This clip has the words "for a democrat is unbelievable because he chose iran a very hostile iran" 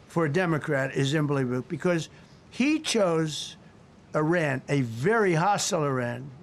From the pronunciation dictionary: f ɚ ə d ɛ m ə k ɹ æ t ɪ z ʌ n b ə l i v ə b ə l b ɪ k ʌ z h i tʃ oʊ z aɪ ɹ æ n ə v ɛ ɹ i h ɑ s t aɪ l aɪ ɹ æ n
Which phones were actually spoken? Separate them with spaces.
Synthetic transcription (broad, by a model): f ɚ ə d ɛ m ə k ɹ æ t ɪ z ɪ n b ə l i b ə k b ɪ k ʌ z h i tʃ oʊ z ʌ ɹ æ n ə v ɛ ɹ i h ɑ s t l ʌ ɹ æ n